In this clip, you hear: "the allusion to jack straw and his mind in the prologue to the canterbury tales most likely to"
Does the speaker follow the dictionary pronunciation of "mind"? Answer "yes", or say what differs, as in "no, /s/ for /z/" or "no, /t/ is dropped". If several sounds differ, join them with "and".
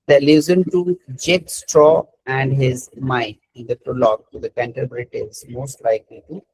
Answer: no, /d/ is dropped